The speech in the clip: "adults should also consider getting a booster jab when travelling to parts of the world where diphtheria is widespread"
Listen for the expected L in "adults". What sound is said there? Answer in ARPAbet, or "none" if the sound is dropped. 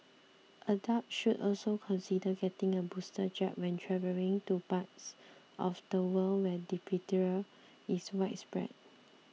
none